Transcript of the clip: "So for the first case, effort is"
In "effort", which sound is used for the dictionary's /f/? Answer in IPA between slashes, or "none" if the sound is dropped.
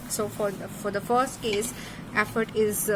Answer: /f/